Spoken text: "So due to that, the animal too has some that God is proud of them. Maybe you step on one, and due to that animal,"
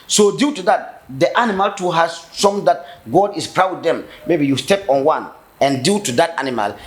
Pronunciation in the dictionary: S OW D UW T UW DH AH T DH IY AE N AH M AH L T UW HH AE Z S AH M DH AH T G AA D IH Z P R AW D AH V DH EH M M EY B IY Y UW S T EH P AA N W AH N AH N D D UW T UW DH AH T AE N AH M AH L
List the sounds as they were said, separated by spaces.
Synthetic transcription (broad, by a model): S OW D UW T UW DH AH T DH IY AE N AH M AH L T UW HH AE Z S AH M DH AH T G AA D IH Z P R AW AH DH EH M M EY B IY Y UW S T EH P AA N W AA N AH N D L T UW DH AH T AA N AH M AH L